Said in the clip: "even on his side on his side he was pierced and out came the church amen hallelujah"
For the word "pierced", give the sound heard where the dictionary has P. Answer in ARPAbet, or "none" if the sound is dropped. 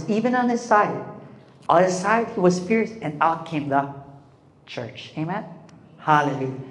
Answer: F